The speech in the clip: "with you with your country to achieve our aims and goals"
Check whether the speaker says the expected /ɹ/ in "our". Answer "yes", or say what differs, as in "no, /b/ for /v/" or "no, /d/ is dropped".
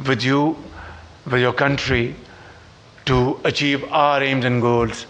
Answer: yes